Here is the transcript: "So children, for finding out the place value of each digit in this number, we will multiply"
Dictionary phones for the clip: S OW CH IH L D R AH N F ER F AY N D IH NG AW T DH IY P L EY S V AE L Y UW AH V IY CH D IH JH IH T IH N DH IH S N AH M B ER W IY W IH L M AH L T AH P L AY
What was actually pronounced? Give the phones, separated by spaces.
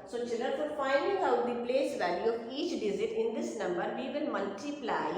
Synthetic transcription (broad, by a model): S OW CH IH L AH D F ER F AY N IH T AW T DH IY P L EY S V AE L Y UW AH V IY CH D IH Z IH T IH N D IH S N AH M B ER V IY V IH L M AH L T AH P L AY